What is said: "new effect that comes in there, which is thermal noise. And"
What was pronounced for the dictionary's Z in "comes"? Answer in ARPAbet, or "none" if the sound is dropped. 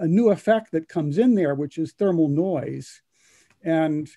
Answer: Z